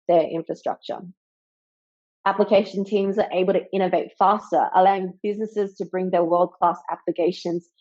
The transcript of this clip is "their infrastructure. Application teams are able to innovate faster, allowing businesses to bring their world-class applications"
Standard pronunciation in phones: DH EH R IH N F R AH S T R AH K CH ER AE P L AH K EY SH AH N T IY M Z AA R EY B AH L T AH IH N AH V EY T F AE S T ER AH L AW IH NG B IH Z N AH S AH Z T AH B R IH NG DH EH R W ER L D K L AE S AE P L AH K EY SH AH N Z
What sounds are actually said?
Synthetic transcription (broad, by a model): DH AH R IH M F R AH S T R AH K CH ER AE P L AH K EY SH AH N T IY M Z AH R EY B AH L T AH IH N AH V EY T F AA S T ER AH L AW IH NG B IH Z N AH S AH Z T AH B R IH NG DH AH W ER L D K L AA S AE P L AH K EY SH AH N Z